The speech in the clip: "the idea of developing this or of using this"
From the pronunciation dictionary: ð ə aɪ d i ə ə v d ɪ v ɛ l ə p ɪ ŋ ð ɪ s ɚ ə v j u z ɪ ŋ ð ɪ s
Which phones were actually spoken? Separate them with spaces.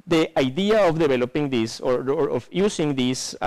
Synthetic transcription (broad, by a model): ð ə aɪ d i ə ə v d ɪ b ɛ l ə p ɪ ŋ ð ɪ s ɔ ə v j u s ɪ ŋ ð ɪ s